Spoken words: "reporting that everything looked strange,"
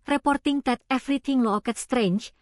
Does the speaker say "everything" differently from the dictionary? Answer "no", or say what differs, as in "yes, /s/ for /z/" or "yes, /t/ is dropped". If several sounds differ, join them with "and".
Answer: yes, /t/ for /θ/